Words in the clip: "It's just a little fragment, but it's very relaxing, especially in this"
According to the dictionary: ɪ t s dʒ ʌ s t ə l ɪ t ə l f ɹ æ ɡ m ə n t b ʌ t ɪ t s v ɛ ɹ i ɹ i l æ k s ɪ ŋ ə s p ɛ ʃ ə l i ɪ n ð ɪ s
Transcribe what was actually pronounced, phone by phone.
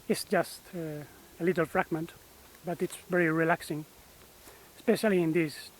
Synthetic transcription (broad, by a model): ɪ t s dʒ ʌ s t ə l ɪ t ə l f ɹ æ ɡ m ə n t b ʌ t ɪ t s v ɛ ɹ i ɹ i l æ k s ɪ ŋ s p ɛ ʃ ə l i ɪ n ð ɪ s